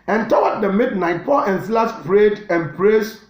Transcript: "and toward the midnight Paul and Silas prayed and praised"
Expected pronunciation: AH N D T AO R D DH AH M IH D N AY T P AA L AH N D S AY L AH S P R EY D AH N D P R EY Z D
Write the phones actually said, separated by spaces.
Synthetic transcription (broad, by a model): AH N T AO W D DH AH M IH D N AY T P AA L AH N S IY L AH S P R EY D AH N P R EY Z